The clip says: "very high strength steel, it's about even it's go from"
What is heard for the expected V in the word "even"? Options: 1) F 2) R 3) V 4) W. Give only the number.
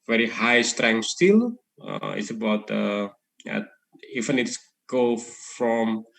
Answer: 1